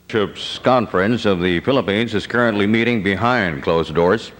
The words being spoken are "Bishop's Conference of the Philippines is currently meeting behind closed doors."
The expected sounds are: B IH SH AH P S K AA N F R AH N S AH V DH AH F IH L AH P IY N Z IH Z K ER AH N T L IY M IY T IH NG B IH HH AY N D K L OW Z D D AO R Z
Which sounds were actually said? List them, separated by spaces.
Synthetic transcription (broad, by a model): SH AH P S K AA N F R AH N S AH V DH AH F IH L AH P IY N Z IH Z K ER AH N T L IY M IY T IH NG B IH HH AY N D K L OW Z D D AO R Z